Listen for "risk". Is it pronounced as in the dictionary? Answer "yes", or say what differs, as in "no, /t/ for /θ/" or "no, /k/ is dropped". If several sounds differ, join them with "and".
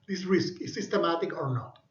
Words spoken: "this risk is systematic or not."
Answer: yes